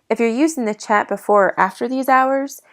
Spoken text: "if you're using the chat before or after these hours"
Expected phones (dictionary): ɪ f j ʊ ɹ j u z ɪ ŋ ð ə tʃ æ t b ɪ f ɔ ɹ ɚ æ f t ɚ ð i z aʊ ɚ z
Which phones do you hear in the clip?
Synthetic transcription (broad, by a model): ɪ f j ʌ ɹ j u z ɪ ŋ ð ə tʃ æ t b ɪ f ɔ ɹ æ f t ɚ ð i z aʊ ɚ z